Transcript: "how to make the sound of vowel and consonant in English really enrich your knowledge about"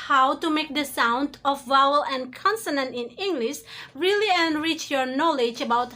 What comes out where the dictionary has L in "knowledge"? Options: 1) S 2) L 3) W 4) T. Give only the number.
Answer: 2